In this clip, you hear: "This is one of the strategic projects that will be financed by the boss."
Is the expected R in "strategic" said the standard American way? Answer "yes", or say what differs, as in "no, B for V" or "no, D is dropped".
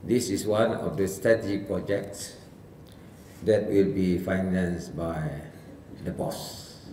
no, R is dropped